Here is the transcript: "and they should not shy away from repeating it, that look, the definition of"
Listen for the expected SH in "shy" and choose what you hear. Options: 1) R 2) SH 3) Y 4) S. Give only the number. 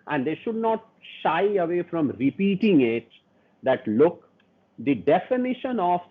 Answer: 2